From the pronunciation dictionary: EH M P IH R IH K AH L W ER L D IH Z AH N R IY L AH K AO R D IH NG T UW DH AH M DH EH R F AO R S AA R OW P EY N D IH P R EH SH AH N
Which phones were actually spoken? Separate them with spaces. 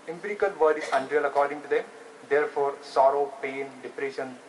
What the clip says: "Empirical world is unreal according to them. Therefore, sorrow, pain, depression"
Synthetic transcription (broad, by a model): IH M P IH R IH K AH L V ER D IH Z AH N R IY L AH K AO R D IH NG T UW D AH M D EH R F AO R S AA R OW P EY N D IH P R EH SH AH N